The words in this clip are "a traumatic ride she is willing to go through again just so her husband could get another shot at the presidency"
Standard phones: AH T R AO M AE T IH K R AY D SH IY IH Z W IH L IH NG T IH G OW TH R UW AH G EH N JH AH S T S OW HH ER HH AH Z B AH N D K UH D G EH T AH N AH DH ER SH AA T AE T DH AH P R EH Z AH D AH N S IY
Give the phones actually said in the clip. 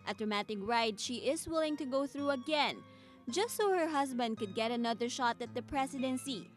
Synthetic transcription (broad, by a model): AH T R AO M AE T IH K R AY D SH IY IH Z W IH L IH NG T IH G OW TH R UW AH G EH N JH AH S T S OW HH ER HH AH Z B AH N D K UH D G EH T AH N AH DH ER SH AA T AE T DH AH P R EH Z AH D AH N S IY